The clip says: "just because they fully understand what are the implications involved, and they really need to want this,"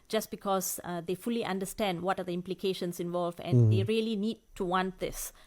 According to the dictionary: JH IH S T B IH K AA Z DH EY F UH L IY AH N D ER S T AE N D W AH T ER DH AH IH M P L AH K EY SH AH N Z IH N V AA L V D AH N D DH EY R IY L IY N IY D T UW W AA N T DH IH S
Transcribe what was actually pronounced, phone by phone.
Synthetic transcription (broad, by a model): JH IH S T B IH K AA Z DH EY F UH L IY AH N D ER S T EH N D W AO T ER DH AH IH M P L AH K EY SH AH N S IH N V AA L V AH N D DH EY R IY L IY N IY D T UW W AA N T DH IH S